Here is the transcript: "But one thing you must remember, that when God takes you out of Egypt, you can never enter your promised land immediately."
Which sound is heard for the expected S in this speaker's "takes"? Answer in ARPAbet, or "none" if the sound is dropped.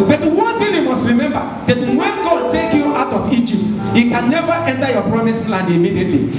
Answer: none